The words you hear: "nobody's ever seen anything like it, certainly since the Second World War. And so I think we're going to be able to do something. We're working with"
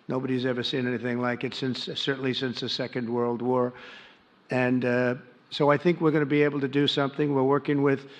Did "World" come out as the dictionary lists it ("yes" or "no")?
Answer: yes